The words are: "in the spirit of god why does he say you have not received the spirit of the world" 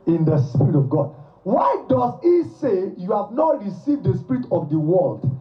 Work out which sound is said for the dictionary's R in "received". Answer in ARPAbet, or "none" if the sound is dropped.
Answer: R